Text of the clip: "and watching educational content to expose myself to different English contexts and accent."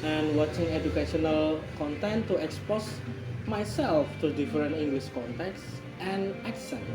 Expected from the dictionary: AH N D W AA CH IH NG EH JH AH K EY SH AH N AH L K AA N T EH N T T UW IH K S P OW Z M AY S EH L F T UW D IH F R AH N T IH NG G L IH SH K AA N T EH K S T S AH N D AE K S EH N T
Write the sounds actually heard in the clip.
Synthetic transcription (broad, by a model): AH N W AA CH IH NG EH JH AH K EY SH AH N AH L K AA N T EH N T T UW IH K S P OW S M AY S EH L F T UW D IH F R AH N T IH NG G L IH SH K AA N T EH K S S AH N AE K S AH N